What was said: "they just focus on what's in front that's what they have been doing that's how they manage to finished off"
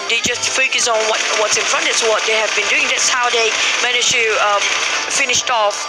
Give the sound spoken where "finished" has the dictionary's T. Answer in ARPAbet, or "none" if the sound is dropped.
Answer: T